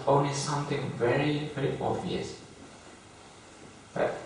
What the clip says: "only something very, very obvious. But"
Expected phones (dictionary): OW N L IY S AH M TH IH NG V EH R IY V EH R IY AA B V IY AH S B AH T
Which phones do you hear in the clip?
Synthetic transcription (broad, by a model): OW N L IY S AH M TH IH NG V EH R IY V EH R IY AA V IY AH S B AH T